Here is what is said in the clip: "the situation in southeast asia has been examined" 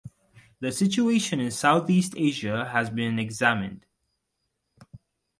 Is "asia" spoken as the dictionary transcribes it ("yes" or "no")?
yes